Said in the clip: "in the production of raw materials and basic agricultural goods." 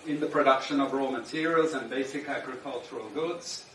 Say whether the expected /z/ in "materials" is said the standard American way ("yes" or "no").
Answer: yes